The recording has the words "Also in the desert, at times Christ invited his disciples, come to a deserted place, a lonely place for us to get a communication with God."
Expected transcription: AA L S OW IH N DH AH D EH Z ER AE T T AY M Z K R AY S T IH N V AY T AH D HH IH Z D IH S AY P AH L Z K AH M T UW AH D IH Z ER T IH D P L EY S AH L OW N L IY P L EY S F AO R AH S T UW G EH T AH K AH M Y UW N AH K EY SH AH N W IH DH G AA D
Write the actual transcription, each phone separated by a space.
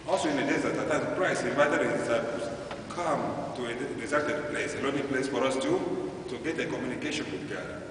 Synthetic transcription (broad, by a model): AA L S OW IH N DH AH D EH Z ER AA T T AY Z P R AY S IH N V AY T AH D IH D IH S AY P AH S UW K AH M T UW AH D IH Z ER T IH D P L EY S AH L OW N IY P L EY S F AO R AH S T UW G EH T AH K AH M Y UW N AH K EY SH AH N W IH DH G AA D